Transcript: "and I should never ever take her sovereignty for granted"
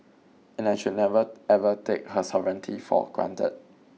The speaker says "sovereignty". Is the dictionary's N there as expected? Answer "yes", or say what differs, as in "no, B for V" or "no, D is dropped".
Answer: yes